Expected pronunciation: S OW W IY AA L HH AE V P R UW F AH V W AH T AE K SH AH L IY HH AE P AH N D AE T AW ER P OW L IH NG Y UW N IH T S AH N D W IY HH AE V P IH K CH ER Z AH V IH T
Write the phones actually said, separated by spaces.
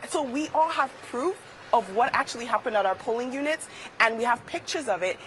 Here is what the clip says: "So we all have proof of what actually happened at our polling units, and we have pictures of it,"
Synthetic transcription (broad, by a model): S OW W IY AA L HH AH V P R UW F AH V W AH T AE K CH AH L IY HH AE P AH N D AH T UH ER P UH L IH NG Y UW N IH T S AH N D W IY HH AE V P IH K CH ER Z AH V IH T